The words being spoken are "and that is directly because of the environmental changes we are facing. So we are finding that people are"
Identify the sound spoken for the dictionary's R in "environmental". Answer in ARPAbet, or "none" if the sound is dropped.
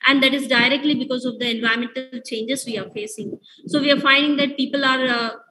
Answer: none